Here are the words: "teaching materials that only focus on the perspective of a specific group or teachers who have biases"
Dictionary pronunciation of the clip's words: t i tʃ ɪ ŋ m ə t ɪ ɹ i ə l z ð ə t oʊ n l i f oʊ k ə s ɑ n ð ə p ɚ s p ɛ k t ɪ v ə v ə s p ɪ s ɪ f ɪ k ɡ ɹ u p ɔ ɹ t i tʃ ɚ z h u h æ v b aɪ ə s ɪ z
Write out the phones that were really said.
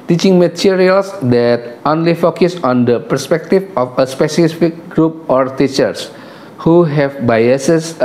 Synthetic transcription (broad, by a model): t i tʃ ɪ ŋ m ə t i ɹ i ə l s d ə t oʊ n l i f oʊ k ə s ɑ n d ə p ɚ s p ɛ k t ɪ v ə f ə s p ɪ s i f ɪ k ɡ ɹ u p ɔ ɹ t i tʃ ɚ s h u h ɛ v b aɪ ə s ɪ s